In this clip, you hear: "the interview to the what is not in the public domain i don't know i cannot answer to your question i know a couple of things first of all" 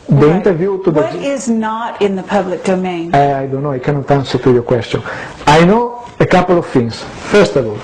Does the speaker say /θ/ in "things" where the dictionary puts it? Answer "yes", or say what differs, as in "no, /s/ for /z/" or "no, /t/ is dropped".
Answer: no, /f/ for /θ/